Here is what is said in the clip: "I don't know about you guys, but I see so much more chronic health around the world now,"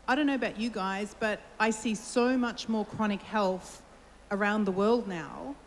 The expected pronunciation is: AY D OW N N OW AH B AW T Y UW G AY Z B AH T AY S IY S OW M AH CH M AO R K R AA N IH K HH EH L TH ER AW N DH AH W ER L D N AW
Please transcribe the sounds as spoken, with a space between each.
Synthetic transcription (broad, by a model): AY D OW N N OW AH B AW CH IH G AY Z B AH T AY S IY S OW M AH CH M AO R K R AA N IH K HH EH L TH ER AW N DH AH W ER L D N AW